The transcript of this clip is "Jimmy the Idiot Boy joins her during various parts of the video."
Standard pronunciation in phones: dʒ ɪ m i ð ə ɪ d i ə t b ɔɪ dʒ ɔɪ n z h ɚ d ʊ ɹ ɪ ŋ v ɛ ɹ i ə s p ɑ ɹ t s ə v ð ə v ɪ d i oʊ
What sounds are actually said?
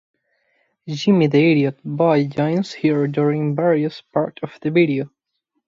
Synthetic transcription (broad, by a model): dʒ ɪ m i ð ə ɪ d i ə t b ɔɪ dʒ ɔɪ n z h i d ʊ ɹ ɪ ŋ v ɛ ɹ i ə s p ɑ ɹ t ə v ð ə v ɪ d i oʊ